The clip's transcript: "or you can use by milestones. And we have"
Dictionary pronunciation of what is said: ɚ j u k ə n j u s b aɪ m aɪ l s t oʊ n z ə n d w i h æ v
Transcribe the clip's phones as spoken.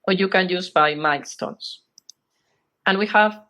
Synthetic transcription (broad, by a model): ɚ j u k ə n j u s b aɪ m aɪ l s t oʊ n s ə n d w i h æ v